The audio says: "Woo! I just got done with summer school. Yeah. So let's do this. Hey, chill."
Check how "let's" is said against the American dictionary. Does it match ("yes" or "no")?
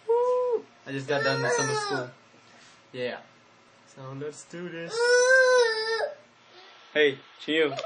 yes